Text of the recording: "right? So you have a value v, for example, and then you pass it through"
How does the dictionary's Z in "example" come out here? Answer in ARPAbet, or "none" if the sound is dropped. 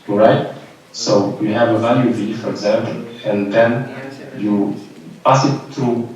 Z